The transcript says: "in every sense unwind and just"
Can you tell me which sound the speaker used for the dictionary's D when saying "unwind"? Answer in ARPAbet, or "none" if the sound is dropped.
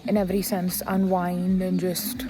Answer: D